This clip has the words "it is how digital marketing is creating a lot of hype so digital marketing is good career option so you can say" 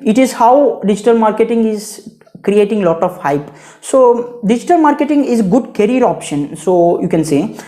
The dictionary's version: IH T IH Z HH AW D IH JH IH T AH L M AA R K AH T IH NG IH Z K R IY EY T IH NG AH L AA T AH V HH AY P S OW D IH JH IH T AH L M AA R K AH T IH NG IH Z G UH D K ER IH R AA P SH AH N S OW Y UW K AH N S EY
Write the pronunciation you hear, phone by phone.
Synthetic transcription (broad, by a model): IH T IH Z HH AW D IH JH IH T AH L M AA R K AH T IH NG IH Z K R IY EY T IH NG L AA T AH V HH AY P S OW D IH JH IH T AH L M AA R K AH T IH NG IH Z G UH D K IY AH R AA P SH AH N S OW Y UW K AH N S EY